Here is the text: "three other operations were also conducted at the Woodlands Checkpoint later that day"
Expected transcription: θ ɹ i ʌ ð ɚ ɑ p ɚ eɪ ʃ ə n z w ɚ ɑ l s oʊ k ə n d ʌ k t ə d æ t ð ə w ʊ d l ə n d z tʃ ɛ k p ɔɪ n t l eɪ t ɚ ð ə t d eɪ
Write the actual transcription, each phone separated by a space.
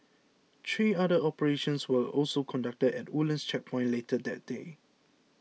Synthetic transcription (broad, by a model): t ɹ i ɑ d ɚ ɑ p ɚ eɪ ʃ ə n s w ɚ ɑ l s oʊ k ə n d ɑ k t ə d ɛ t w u l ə n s tʃ ɛ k p ɔɪ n l eɪ t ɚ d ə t d eɪ